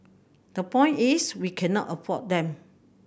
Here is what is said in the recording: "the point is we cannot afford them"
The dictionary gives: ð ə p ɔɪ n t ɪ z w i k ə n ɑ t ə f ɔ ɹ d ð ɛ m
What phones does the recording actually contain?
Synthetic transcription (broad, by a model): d ə p ɔɪ n t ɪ s w i k ə n ɑ t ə p ɔ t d ɛ m